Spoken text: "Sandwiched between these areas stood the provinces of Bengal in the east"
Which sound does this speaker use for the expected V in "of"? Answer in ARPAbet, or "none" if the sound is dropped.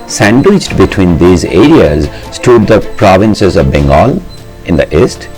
V